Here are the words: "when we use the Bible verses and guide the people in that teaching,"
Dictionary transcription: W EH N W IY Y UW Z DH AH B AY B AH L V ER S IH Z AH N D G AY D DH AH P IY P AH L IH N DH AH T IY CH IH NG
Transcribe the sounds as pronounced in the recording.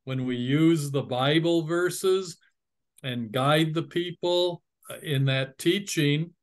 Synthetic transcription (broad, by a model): W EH N W IY Y UW Z DH AH B AY B L V ER S IH Z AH N G AY D DH AH P IY P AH L IH N DH AH T IY CH IH NG